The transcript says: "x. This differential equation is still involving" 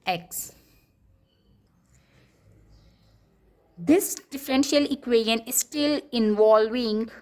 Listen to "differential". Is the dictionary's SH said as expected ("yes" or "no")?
yes